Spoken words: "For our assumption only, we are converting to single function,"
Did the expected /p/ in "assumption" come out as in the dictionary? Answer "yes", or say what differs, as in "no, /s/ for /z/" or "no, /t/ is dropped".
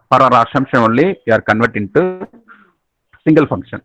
no, /p/ is dropped